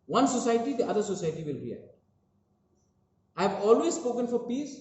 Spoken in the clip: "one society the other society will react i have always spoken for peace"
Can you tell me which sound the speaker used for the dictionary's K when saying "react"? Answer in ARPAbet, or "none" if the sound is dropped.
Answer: none